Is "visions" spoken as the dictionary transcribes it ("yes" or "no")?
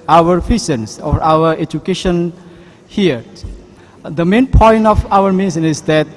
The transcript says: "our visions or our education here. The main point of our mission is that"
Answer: no